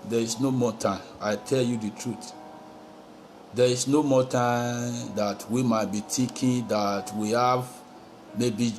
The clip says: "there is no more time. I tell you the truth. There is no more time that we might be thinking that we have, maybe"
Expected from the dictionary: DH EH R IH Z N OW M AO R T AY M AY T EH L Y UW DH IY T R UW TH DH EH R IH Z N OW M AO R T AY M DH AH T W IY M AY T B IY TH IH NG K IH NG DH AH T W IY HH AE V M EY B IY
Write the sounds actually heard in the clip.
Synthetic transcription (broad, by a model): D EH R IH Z N OW M AO T AY M AY T EH L Y UW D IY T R UW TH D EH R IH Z N OW M AO T AY M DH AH T W IY M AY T B IY T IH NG K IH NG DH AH T W IY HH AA V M EY B IY